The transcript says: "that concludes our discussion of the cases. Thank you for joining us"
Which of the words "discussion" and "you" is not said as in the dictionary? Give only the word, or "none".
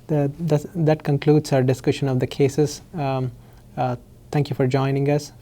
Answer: none